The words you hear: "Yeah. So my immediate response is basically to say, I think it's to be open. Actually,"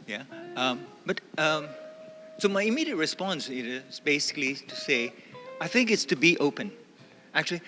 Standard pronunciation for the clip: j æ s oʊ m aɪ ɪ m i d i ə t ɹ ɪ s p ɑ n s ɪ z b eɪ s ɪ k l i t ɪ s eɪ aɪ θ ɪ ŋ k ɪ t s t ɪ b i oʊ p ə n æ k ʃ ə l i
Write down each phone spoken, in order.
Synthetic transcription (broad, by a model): j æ s oʊ m aɪ ɪ m i d i ə t ɹ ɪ s p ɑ n s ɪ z b eɪ s ɪ k l i t ɪ s eɪ aɪ θ ɪ ŋ k ɪ t s t ɪ b i oʊ p ə n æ k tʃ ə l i